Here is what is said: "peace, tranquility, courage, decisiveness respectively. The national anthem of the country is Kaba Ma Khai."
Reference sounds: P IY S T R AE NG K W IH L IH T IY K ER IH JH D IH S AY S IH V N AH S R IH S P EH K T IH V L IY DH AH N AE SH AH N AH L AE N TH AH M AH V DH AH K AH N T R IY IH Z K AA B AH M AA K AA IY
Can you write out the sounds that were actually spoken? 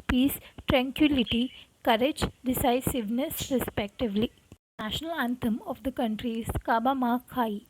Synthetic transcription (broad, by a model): P IY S T R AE NG K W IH L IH T IY K ER IH JH D IH S AY S IH V N AH S R IH S P EH K T IH V L IY N AE SH AH N AH L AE N T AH M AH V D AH K AH N T R IY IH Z K AA B AH M AA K AA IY